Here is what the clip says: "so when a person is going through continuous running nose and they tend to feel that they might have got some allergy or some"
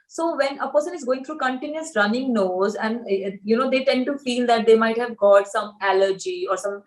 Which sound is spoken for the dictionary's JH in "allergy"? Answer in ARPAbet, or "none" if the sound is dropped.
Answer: JH